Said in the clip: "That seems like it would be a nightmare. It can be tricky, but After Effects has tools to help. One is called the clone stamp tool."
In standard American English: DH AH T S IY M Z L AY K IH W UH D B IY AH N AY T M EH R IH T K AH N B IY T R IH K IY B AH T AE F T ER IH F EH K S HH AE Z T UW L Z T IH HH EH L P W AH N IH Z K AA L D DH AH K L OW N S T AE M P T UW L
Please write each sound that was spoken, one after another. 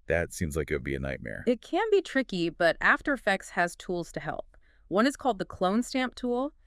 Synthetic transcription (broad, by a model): DH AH T S IY M Z L AY K IH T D B IY AH N AY T M EH R IH T K AH N B IY T R IH K IY B AH T AE F T ER IH F EH K S HH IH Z T UW L Z T IH HH EH L P W AH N IH Z K AA L D DH AH K L OW N S T AE M P T UW L